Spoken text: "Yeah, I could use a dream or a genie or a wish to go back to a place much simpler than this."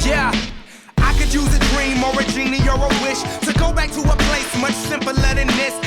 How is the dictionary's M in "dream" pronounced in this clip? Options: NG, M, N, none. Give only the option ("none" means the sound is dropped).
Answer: M